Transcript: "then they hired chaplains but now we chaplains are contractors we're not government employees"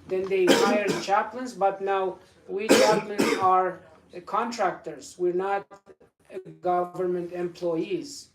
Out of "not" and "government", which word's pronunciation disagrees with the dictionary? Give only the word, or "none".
none